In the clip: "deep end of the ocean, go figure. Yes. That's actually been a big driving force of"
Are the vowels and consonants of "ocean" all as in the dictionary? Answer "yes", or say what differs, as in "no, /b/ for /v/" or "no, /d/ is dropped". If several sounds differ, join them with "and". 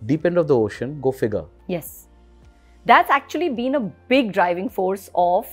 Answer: yes